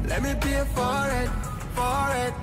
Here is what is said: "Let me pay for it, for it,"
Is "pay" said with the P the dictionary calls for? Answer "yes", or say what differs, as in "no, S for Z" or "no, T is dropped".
no, B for P